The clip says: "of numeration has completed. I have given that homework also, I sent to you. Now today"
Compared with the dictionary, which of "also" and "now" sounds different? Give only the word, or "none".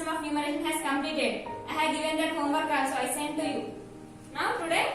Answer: also